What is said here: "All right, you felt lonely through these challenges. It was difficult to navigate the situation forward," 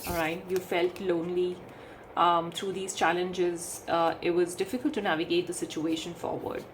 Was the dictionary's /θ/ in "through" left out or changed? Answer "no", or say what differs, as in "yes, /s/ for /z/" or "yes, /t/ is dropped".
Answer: yes, /t/ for /θ/